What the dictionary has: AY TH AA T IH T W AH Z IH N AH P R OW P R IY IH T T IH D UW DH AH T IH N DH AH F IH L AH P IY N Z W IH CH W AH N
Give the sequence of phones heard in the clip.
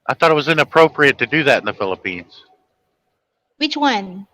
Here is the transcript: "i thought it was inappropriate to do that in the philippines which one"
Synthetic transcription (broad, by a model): AY TH AA T IH T W AH Z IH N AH P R OW P R IY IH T T IH D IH DH AH T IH N DH AH F IH L AH P IY N Z W IH CH W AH N